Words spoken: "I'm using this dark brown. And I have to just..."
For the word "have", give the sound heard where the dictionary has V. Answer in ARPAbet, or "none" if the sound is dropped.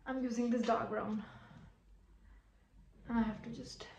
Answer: F